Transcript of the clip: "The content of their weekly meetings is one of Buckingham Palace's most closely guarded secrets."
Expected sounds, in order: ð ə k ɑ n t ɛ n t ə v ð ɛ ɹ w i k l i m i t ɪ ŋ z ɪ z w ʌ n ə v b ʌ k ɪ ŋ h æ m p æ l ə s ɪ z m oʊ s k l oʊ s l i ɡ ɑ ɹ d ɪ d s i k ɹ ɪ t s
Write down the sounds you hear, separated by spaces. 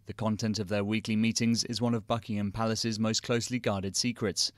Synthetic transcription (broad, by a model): ð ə k ɑ n t ɛ n t ə v ð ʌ w i k l i m i t ɪ ŋ z ɪ z w ʌ n ə v b ʌ k ɪ ŋ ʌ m p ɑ l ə s ɪ z m oʊ s k l oʊ s l i ɡ ɑ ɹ d ɪ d s i k ɹ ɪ t s